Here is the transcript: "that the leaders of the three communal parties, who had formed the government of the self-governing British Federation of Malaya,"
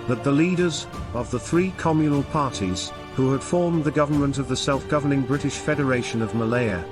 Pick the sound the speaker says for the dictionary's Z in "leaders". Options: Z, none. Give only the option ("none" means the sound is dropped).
Z